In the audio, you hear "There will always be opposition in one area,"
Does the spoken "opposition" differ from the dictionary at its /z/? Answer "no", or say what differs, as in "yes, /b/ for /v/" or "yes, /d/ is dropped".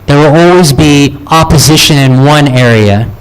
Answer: no